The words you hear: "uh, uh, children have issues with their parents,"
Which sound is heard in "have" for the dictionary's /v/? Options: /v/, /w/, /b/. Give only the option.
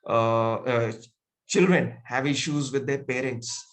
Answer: /v/